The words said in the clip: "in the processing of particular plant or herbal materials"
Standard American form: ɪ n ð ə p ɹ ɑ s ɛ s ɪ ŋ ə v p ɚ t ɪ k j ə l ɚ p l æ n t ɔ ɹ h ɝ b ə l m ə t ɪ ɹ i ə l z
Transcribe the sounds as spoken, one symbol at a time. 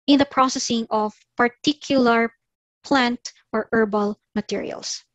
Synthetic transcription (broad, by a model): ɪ n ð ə p ɹ ɑ s ɛ s ɪ ŋ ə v p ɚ t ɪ k j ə l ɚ p l æ n t ɔ ɹ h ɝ b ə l m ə t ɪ ɹ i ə l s